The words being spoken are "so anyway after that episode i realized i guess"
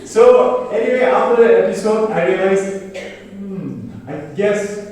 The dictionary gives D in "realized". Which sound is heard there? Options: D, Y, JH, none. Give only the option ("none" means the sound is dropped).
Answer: none